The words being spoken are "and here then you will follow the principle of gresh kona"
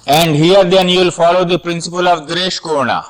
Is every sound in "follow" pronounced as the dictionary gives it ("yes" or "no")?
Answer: yes